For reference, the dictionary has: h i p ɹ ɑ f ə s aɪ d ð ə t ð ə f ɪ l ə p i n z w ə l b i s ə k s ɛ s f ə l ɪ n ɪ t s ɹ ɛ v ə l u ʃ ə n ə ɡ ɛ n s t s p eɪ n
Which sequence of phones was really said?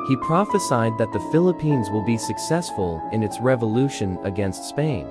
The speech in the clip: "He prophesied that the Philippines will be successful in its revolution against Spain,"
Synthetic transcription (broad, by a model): h i p ɹ ɑ f ə s aɪ d ð ə t ð ə f ɪ l ə p i n z w ə l b i s ə k s ɛ s f ə l ɪ n ɪ t s ɹ ɛ v ə l u ʃ ə n ə ɡ ɛ n s t s p eɪ n